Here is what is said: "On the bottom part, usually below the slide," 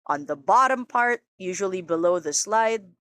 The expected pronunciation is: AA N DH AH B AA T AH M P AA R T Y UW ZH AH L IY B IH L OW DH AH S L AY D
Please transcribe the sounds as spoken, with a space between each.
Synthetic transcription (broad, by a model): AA N DH AH B AA T AH M P AA R T Y UW ZH AH L IY B IH L OW DH AH S L AY D